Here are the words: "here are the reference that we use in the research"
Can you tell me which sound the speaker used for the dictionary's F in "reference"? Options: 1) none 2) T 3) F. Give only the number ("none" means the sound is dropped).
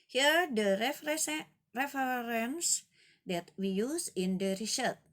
1